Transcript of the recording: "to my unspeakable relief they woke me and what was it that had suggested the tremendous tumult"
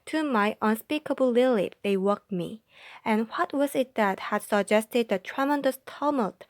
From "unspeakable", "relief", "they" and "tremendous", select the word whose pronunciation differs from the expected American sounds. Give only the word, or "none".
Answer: relief